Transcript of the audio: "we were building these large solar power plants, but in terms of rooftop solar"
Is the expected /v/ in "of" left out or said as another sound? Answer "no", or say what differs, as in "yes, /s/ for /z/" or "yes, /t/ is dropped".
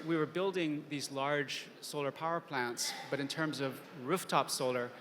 no